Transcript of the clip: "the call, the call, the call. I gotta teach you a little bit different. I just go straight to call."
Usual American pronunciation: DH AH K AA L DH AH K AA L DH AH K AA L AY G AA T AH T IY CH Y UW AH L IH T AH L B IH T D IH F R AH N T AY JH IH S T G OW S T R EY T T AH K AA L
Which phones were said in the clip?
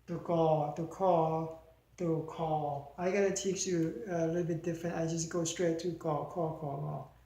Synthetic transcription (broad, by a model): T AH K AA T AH K AA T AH K AA L AY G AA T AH T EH S Y UW AH L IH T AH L B IH T D IH F R AH N T AY JH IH S G OW S T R EY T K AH K AA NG